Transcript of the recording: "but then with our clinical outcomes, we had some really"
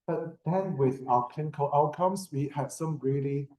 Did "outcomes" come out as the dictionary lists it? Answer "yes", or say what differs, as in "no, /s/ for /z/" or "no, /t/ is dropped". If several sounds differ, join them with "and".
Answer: no, /s/ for /z/